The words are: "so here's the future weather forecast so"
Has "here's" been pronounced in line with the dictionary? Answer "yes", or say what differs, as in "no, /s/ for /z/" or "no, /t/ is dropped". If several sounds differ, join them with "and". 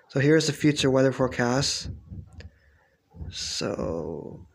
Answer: yes